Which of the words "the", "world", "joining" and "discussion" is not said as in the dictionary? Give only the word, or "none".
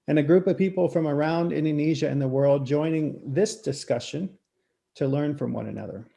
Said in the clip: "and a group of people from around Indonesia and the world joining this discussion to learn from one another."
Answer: none